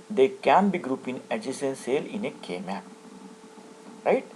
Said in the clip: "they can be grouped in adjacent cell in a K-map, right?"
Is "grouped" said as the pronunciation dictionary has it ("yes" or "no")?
no